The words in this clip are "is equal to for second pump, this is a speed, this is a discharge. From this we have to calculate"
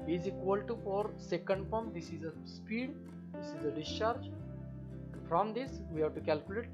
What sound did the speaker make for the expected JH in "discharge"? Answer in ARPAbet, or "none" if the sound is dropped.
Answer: JH